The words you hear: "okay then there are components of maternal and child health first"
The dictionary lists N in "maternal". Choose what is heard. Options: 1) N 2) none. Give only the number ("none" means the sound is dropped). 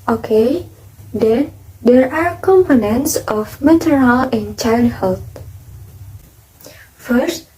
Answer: 2